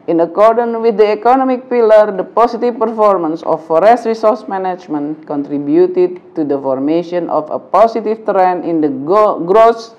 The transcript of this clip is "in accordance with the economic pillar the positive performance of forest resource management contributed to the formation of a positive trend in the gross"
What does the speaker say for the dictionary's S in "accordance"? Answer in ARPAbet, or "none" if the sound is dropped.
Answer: none